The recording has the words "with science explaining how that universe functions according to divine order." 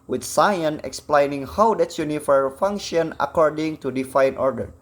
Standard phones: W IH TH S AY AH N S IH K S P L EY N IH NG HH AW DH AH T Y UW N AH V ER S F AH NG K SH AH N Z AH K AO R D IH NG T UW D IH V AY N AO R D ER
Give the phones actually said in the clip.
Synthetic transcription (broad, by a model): W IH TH S AY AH N IH K S P L EY N IH NG HH AW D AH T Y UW N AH F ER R F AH NG K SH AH N AH K AO R D IH NG T UW D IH F AY N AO R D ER